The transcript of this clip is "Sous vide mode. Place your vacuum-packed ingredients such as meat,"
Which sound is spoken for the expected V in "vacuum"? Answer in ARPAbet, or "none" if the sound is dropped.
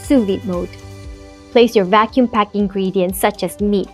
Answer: V